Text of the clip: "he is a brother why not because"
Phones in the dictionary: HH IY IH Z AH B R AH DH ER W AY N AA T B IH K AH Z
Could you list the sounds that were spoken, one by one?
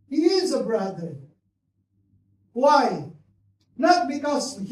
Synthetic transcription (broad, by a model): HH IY IH Z AH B R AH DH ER W AY N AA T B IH K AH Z